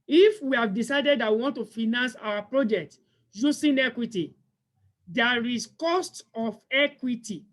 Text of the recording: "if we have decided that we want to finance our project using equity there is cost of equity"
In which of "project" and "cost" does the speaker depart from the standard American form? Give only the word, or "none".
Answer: none